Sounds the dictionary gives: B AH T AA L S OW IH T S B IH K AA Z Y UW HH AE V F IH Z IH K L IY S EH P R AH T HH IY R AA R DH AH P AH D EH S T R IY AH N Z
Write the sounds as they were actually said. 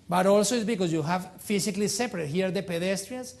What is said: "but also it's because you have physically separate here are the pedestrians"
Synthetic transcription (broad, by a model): B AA T AA L S OW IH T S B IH K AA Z Y UW HH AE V F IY S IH K L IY S EH P R AH T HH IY AA R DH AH P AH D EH S T R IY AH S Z